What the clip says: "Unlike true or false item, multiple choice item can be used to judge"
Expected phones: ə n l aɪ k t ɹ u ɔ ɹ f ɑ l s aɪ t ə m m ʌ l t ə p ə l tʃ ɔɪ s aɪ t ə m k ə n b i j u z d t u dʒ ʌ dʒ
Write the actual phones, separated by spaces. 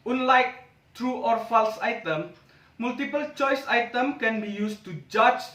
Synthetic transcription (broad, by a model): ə n l aɪ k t ɹ u ɔ ɹ f ɑ l s aɪ t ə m m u l t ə p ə l tʃ ɔɪ s aɪ t ə m k ə n b i j u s t u dʒ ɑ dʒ